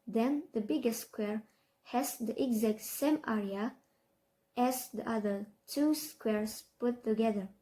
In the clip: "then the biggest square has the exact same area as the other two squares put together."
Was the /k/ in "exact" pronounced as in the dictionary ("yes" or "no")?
yes